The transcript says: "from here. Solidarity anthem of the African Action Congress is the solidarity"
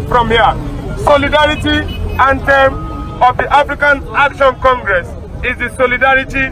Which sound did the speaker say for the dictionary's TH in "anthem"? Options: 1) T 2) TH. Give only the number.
1